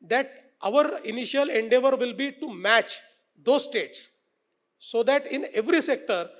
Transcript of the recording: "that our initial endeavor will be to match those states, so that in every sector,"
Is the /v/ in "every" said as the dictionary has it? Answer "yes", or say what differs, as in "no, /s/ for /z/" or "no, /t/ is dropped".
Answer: yes